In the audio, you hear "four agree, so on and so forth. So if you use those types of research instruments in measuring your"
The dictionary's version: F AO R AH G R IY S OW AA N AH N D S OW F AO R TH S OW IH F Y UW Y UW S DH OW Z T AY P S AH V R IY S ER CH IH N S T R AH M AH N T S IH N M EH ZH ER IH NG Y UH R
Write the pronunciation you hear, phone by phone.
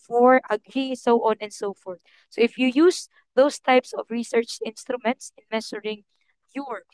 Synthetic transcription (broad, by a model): F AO R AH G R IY S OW AA N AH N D S OW F AO R T S OW IH F Y UW Y UW S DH OW S T AY P S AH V R IY S ER CH IH N S T R AH M AH N T S IH N M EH S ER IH NG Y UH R